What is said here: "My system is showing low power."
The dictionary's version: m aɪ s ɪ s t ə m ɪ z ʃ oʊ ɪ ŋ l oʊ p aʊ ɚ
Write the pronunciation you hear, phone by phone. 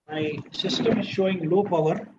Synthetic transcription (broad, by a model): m aɪ s ɪ s t ə m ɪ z ʃ oʊ ɪ ŋ l oʊ p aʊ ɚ